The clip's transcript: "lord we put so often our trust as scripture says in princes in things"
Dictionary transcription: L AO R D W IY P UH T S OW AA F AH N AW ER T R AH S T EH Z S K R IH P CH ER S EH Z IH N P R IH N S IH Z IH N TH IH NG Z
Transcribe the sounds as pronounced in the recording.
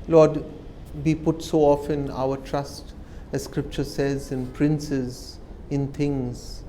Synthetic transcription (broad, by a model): L AO D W IY P UH T S OW AA F AH N AW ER T R AH S T EH Z S K R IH P CH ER S EH Z IH N P R IH N S IH Z IH N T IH NG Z